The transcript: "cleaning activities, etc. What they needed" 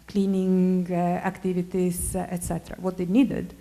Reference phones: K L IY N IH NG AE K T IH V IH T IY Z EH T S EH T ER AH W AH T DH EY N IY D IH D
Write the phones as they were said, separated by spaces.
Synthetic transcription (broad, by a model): K L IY N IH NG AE K T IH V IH T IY S EH T S EH T ER AH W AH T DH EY N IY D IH D